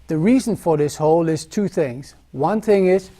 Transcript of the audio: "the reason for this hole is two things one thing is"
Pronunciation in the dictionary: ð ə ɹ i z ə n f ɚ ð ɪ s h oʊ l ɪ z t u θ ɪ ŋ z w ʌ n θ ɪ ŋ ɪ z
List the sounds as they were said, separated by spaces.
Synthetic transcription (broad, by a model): ð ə ɹ i z ə n f ɚ ð ɪ s h oʊ l ɪ z t u θ ɪ ŋ z w ʌ n θ ɪ ŋ ɪ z